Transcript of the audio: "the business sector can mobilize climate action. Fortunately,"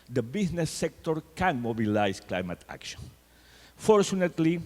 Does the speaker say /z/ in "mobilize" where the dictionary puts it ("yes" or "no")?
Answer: no